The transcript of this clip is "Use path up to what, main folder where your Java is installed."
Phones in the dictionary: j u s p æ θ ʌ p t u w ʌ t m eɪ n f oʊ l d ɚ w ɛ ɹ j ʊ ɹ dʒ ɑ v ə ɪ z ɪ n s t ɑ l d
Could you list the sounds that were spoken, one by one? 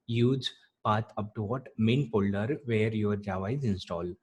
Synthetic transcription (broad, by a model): j u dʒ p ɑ t ʌ p t u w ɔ t m eɪ n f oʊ l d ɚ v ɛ ɹ j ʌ ɹ dʒ ɑ v ə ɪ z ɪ n s t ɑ l